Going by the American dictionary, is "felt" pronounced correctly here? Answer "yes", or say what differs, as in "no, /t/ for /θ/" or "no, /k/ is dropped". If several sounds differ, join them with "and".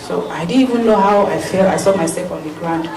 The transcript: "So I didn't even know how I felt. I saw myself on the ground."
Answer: no, /t/ is dropped